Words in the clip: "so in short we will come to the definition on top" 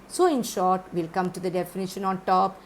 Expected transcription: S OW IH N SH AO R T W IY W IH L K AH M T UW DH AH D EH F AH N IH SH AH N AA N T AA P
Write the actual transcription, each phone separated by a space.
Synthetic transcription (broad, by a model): S OW IH N SH AO R T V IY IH L K AH M T UW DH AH D EH F AH N IH SH AH N AA N T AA P